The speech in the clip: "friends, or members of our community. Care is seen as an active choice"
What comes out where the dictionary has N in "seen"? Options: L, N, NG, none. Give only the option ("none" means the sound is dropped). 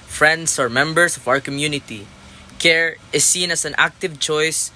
N